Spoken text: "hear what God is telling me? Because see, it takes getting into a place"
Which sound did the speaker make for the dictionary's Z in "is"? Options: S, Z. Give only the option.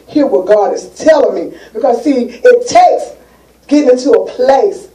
S